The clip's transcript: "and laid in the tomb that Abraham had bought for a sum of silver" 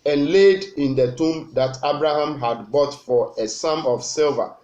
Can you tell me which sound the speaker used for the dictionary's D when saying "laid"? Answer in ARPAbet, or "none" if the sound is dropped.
D